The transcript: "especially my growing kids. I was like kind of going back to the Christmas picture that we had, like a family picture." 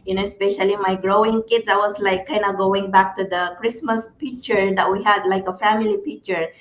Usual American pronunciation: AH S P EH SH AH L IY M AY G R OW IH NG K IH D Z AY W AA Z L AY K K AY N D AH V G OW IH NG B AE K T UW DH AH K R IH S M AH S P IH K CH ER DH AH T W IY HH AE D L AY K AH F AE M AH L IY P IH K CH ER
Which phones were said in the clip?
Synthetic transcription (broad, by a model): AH S P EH SH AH L IY M AY G R OW IH NG K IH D S AY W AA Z L AY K K AY N D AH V G OW IH NG B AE K T UW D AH K R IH S M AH S P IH K CH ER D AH T W IY HH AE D L AY K AH F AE M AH L IY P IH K CH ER